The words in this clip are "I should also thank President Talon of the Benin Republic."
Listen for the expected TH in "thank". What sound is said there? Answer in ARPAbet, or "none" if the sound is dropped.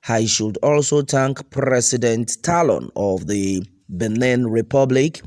T